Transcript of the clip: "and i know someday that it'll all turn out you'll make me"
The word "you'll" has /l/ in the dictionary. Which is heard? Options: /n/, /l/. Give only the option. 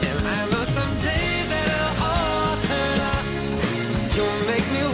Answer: /n/